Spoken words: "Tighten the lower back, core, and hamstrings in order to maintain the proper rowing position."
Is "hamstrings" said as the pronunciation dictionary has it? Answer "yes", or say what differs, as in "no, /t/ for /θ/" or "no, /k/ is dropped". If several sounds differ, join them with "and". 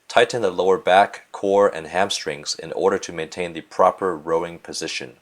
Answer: yes